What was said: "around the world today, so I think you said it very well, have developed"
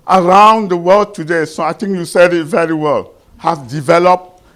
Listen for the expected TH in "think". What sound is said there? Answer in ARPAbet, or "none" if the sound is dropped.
T